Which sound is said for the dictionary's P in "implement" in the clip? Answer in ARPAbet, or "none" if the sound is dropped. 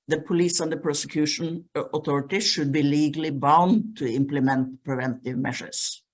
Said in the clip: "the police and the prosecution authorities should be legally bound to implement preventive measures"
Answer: P